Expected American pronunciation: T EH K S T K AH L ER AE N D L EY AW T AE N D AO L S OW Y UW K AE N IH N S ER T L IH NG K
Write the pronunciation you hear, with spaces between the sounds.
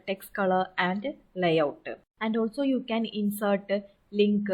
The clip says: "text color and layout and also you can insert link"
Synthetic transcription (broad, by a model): T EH K S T K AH L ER AE N D L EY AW T AE N D AO L S OW Y UW K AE N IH N S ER T L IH NG K